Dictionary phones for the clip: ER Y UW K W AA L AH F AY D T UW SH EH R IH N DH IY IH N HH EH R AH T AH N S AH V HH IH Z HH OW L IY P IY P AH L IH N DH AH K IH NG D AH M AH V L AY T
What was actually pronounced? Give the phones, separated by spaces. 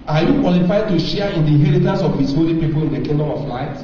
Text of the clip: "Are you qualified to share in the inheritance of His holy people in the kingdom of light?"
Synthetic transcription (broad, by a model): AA Y UW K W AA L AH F AY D T UW SH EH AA IH N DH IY IH N HH EH R AH T AH N S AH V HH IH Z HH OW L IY P IY P AH L IH N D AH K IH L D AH AH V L AY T